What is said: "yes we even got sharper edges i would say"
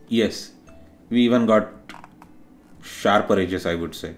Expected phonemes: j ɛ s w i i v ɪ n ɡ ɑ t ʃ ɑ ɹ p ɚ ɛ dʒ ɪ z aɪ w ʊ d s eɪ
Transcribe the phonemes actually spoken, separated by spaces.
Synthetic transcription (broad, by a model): j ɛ s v i i v ɪ n ɡ ɑ t ʃ ɑ ɹ p ɚ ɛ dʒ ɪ s aɪ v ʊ d s eɪ